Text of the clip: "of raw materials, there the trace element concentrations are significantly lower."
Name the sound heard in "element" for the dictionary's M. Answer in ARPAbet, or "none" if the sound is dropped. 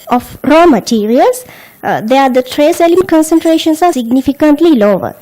none